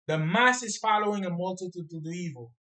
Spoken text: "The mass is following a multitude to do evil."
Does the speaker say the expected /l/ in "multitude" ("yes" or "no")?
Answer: yes